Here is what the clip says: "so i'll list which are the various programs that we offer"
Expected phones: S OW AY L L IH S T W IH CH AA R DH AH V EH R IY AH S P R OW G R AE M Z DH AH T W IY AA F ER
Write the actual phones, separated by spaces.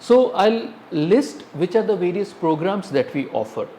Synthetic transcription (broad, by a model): S OW AY L L IH S T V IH CH AA R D AH V EH R IY AH S P R OW G R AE M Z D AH T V IY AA F ER